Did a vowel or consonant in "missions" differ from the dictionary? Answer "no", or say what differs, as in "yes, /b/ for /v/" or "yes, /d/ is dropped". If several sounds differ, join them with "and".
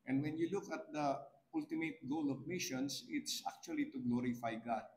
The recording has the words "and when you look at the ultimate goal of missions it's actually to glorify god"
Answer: yes, /s/ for /z/